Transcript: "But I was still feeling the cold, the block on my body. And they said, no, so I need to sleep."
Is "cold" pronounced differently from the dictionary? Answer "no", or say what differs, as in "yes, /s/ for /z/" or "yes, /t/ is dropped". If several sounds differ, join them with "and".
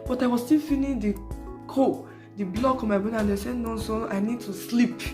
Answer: yes, /l/ is dropped